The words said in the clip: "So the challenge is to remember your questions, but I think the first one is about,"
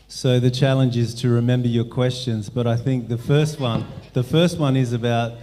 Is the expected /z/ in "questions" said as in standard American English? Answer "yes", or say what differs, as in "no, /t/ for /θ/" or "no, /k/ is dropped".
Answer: yes